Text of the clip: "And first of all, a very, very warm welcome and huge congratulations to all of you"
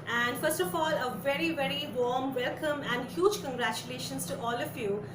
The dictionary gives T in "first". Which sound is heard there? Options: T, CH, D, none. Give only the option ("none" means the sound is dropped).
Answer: T